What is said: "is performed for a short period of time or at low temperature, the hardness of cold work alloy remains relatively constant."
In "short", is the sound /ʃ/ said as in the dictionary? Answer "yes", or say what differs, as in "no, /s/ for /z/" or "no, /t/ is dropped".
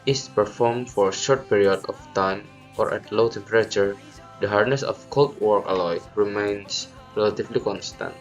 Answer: yes